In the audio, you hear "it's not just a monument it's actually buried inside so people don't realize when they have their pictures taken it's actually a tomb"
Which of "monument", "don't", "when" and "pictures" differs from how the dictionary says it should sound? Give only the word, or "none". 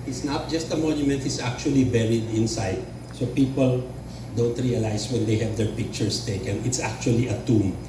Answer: pictures